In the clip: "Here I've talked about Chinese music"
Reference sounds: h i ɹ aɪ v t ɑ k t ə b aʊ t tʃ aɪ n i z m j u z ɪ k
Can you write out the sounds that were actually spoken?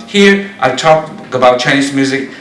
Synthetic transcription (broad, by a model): h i ɹ aɪ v t ɑ k ə b aʊ t tʃ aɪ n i s m j u z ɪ k